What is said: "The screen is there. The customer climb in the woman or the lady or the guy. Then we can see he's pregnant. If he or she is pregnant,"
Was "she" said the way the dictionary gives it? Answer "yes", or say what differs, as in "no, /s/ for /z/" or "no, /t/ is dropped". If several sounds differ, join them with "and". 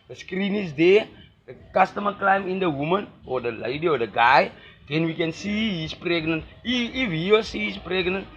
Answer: no, /s/ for /ʃ/